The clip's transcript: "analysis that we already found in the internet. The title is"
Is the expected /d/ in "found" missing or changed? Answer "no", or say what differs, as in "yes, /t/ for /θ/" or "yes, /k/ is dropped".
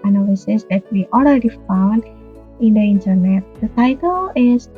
no